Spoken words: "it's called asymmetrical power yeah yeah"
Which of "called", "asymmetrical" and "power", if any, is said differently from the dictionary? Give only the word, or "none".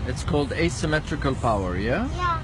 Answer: none